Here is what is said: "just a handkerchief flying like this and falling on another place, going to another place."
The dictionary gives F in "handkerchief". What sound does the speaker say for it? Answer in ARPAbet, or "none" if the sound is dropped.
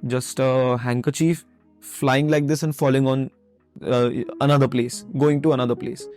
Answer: F